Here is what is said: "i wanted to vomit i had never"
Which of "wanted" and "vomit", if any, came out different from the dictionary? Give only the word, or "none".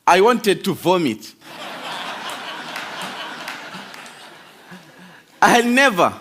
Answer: none